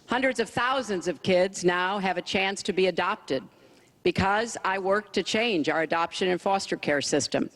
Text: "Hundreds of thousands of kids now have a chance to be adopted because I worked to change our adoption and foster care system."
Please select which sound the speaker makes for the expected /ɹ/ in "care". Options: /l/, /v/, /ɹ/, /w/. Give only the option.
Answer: /ɹ/